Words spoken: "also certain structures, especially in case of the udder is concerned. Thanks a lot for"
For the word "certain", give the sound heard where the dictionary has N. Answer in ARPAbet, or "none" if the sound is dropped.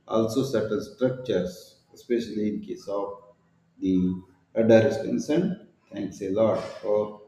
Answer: L